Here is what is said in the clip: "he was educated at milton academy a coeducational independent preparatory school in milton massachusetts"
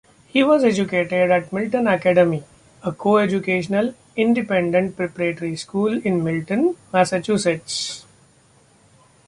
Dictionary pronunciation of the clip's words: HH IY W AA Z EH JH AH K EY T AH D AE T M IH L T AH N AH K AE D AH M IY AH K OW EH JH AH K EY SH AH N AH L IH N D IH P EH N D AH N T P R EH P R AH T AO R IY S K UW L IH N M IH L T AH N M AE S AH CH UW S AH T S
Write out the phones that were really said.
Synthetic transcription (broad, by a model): HH IY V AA Z EH JH AH K EY T AH D AE T M IH L T AH N AH K AE D AH M IY AH K OW EH JH AH K EY SH AH N AH L IH N D IH P EH N D AH N T P R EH P R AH T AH R IY S K UW L IH N M IH L T AH N M AE S AH CH UW S AH T S